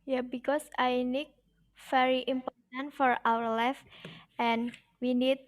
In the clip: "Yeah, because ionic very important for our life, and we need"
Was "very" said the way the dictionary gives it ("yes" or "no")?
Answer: no